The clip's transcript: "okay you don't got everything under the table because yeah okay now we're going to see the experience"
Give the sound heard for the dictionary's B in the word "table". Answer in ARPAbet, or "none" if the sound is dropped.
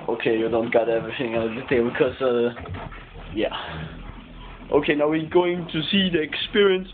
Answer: none